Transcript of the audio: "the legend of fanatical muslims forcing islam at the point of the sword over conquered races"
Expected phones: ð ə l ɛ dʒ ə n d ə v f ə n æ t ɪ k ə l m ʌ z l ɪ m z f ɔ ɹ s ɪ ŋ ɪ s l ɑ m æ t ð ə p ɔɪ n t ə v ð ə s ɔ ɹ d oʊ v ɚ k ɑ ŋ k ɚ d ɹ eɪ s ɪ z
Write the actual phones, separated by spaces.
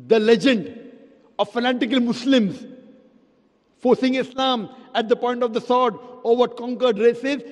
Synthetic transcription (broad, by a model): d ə l ɛ dʒ ə n d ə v f ə n æ t ɪ k ə l m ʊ s l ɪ m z f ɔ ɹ s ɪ ŋ ɪ s l ɑ m æ t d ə p ɔɪ n t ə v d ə s ɔ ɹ d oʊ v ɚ k ɑ ŋ k ɚ d ɹ eɪ s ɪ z